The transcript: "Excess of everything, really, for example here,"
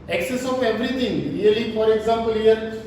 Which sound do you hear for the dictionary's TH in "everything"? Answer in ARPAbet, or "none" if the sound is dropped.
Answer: T